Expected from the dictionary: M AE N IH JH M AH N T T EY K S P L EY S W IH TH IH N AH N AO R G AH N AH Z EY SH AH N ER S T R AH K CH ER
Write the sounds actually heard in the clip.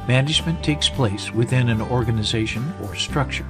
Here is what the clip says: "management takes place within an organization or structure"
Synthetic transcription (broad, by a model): M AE N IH JH M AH N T T EY K S P L EY S W IH TH IH N AH N AO R G AH N AH Z EY SH AH N ER S T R AH K CH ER